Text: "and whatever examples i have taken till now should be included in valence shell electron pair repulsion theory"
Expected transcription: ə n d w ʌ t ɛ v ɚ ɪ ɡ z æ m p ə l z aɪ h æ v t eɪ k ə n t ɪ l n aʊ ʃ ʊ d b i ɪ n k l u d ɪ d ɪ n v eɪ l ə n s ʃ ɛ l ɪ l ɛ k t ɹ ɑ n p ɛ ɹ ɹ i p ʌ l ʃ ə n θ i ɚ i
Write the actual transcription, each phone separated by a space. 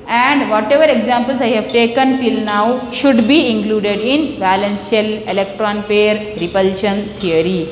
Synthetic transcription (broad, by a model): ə n d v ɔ t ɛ v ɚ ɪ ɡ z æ m p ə l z aɪ h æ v t eɪ k ə n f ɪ l n aʊ ʃ ʊ d b i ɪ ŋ k l u d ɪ d ɪ n b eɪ l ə n s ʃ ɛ l ɪ l ɛ k t ɹ ɑ n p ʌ ɹ ɹ i p ʌ l ʃ ə n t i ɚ i